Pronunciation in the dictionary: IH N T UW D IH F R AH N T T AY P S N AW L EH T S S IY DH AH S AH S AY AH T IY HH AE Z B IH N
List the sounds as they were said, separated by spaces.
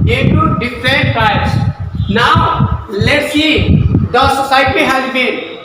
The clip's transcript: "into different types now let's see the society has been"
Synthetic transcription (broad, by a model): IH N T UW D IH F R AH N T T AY S N AW L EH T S S IY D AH S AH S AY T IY HH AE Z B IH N